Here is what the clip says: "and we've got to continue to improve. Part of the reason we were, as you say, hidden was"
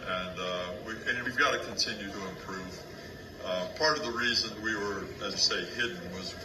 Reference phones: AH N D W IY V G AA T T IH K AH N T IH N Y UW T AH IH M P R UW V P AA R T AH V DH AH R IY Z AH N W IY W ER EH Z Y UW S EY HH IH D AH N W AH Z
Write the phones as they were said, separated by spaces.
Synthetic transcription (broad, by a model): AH N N W IY V G AA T T IH K AH N T IH N Y UW T AH IH M P R UW V P AA R T AH V DH AH R IY Z AH N W IY W ER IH Z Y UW S EY HH IH D N W AH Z